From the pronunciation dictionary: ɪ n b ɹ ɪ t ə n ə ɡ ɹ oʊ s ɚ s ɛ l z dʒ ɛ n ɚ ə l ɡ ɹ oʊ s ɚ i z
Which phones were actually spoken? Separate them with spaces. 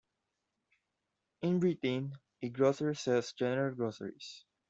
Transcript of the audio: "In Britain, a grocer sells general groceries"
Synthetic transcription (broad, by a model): ɪ n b ɹ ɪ t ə n ə ɡ ɹ oʊ s ɚ s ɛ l s dʒ ɛ n ɚ ə l ɡ ɹ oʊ s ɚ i s